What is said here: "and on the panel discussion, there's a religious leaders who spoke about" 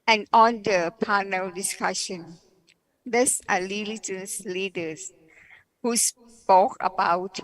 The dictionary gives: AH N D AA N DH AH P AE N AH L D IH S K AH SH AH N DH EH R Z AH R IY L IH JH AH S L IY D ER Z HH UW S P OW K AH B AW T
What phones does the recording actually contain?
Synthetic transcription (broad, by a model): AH N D AA N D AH P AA N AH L D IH S K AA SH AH N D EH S AH L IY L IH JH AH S L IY D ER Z HH UW S P OW K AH B AW T